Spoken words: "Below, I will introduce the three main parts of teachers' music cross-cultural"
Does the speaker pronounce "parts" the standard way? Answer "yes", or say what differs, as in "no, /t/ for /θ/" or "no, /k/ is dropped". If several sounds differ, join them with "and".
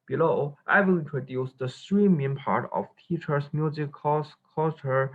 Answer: no, /s/ is dropped